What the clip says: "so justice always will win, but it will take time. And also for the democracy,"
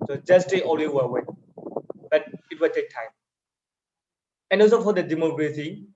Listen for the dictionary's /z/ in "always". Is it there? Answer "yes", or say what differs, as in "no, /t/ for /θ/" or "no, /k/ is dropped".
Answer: no, /z/ is dropped